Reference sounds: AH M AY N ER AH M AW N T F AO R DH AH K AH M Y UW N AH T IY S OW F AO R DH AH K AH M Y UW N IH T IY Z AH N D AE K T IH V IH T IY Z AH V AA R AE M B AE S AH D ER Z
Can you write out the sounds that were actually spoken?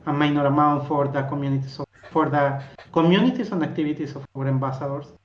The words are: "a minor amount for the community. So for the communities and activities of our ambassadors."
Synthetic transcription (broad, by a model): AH M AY N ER AH M AW N T F AO R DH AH K AH M Y UW N AH T IY S OW F AO R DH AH K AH M Y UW N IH T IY S AH N D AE K T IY B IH T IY S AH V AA R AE M B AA S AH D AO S